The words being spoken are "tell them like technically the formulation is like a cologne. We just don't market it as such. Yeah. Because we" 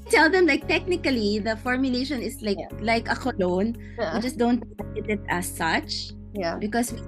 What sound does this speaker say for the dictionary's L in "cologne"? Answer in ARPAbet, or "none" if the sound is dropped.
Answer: L